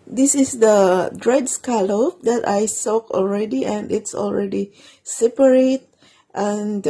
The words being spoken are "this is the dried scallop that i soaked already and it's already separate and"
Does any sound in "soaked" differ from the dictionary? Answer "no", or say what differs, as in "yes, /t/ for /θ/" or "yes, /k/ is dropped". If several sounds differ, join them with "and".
yes, /t/ is dropped